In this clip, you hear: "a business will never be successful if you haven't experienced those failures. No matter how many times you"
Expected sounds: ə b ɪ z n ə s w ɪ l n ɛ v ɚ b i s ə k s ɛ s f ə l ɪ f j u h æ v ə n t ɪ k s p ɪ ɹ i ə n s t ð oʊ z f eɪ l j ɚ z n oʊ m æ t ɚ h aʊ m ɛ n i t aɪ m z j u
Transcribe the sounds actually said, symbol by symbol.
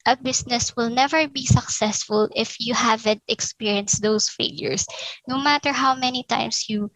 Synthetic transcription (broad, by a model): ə b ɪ s n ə s w ɪ l n ɛ v ɚ b i s ə k s ɛ s f ə l ɪ f j u h æ v ə n t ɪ k s p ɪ ɹ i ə n s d oʊ s f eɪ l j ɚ s n oʊ m æ t ɚ h aʊ m ɛ n i t aɪ m s j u